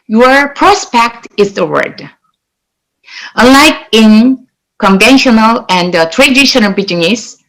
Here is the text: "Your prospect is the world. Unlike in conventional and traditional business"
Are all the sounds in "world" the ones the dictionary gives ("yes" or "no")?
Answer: no